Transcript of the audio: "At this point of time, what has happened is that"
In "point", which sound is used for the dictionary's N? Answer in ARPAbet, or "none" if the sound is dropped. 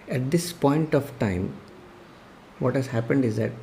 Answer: N